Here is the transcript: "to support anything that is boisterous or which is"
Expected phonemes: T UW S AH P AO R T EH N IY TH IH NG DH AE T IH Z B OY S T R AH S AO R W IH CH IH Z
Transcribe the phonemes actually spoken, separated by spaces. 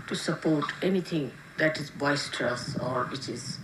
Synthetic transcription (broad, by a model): T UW S AH P AO R T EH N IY T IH NG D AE T IH Z B OY S T R AH S AO R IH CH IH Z